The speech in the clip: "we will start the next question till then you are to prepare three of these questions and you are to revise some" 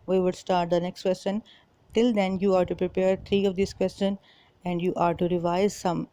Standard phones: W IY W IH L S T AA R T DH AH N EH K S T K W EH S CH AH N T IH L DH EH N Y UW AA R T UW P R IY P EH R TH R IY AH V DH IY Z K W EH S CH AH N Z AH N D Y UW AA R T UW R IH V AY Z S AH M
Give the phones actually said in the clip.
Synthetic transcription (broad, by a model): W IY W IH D S T AA R T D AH N EH K S T K W EH S CH AH N T IH L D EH N Y UW AA R T UW P R IY P EH R T R IY AH V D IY S K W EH S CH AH N AH N D Y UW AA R T UW R IH V AY Z S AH M